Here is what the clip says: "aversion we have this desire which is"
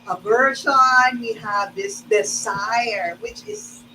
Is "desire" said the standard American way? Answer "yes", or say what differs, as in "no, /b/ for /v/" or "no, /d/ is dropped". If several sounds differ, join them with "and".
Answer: no, /s/ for /z/